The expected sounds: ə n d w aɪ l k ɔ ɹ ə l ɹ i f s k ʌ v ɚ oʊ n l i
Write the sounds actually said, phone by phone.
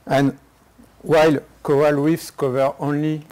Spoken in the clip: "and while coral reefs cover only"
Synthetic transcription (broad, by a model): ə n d w aɪ l k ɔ ə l w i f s k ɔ v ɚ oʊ n l i